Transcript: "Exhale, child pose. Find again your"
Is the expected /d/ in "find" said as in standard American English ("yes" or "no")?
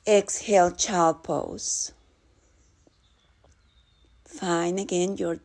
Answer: no